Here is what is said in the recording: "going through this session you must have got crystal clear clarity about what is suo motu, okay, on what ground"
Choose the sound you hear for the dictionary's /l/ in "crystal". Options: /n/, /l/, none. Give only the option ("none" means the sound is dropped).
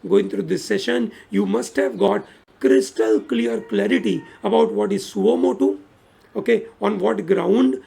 /l/